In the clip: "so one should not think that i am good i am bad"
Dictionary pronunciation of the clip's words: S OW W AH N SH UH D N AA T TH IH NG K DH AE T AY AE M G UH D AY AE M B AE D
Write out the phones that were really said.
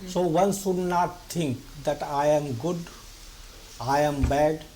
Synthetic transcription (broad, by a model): S OW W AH N S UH D N AA T T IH NG K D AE T AY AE M G UH D AY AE M B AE D